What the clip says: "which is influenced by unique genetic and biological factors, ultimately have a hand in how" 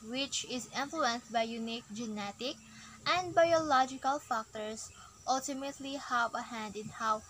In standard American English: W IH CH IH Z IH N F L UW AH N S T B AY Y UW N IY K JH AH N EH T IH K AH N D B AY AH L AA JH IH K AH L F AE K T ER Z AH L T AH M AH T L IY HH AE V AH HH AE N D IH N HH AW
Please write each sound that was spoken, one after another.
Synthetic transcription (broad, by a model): W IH CH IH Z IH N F L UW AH N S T B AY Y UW N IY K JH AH N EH T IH K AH N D B AY AH L AA JH IH K AH L F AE K T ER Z AH L T AH M AH T L IY HH AE V AH HH AE N D IH N HH AW